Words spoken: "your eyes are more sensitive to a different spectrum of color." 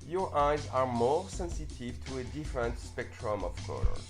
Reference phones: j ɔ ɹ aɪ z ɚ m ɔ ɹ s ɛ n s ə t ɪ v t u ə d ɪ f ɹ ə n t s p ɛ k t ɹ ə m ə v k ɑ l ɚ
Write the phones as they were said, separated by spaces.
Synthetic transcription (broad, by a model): j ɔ ɹ aɪ z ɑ m ɔ ɹ s ɛ n s ə t ɪ v t u ə d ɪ f ɹ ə n t s p ɛ k t ɹ ə m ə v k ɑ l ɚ